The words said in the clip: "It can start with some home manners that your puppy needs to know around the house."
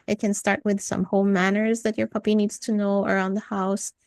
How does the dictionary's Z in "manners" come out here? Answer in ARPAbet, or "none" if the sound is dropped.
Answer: Z